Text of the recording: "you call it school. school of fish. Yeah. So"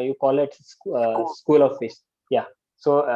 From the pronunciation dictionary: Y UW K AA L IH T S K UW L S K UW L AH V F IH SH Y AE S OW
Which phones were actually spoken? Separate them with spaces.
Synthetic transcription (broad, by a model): Y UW K AA L IH T S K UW S K UW L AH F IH S Y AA S OW